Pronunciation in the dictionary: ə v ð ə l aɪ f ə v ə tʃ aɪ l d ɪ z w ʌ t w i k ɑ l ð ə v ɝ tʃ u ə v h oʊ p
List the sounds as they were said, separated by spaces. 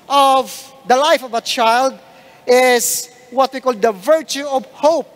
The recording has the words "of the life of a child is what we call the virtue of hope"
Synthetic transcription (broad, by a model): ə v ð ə l aɪ f ə v ə tʃ aɪ l d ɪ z w ʌ t w i k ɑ l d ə v ɝ tʃ u ə v h oʊ p